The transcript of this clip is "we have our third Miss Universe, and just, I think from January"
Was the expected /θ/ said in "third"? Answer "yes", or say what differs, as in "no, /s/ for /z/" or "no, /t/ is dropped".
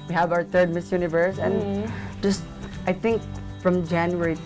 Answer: no, /t/ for /θ/